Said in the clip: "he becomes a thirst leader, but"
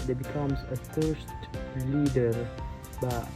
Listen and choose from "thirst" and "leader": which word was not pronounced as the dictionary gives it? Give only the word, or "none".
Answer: thirst